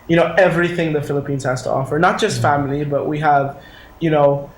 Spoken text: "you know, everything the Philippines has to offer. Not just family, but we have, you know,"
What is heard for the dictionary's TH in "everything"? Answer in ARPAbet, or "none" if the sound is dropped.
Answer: TH